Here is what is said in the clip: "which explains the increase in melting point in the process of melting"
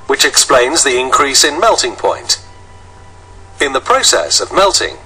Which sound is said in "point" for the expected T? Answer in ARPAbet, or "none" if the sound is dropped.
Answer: T